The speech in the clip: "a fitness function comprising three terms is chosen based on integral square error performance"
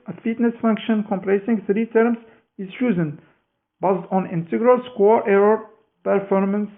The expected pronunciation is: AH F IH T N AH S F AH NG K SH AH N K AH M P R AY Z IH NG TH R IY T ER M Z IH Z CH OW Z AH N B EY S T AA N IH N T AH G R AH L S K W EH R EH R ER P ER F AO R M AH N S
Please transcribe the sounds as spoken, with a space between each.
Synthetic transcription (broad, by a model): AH F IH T N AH S F AH NG K SH AH N K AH M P L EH S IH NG TH R IY T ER M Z IH Z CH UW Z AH N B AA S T AA N IH N T AH G R AH L S K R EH R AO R P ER F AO R M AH N S